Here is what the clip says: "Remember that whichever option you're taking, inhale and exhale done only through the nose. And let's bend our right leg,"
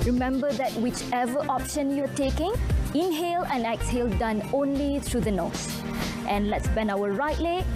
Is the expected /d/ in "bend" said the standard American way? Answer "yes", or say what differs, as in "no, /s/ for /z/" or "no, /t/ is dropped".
no, /d/ is dropped